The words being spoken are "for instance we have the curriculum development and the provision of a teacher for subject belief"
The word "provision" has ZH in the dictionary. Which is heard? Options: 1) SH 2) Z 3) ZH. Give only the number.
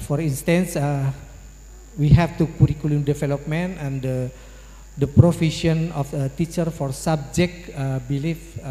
1